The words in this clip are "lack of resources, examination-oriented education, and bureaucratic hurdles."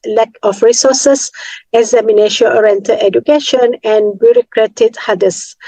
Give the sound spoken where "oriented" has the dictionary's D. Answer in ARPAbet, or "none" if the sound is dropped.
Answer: none